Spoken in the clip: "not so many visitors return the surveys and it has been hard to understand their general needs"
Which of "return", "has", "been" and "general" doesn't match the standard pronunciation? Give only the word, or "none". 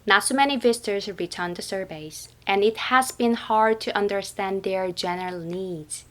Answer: none